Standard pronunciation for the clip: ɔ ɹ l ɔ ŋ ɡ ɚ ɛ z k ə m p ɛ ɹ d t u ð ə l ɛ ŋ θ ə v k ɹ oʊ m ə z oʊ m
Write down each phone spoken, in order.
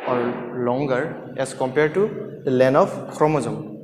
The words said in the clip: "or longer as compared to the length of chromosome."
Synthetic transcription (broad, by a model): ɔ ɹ l ɔ ŋ ɡ ɚ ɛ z k ə m p ɛ ɹ d t u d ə l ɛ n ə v k ɹ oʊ m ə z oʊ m